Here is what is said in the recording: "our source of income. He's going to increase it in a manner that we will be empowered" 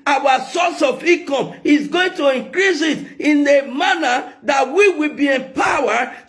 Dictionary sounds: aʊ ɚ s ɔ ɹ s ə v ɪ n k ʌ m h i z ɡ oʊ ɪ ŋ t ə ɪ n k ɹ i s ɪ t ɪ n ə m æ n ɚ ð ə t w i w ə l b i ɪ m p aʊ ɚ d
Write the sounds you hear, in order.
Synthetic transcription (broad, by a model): aʊ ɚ s ɔ s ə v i k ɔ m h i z ɡ oʊ ɪ ŋ t ə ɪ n k ɹ i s ɪ t ɪ n ə m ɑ n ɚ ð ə t w i w ə l b i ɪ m p aʊ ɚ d